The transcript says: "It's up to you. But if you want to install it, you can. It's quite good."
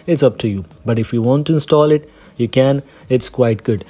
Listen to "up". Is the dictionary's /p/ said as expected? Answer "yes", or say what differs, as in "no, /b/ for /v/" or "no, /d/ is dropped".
yes